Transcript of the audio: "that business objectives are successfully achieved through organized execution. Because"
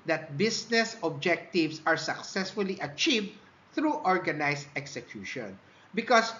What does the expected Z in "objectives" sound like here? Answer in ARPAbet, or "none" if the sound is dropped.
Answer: S